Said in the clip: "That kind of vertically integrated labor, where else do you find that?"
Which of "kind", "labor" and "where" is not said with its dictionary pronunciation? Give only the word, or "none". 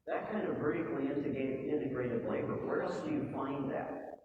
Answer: none